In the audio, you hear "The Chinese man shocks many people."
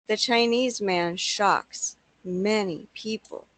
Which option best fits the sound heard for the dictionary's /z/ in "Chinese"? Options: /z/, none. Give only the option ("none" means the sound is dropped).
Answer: /z/